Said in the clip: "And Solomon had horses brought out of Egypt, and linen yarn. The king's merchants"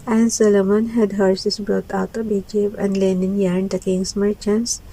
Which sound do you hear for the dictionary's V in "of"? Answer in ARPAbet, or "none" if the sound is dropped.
B